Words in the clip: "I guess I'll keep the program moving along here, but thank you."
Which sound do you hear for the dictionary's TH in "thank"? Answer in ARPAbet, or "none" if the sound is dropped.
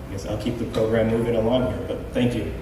TH